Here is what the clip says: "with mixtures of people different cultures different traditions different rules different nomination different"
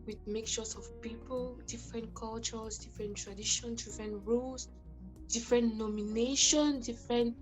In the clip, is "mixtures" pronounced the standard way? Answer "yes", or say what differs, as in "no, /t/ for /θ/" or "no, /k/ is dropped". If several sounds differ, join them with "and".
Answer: no, /s/ is dropped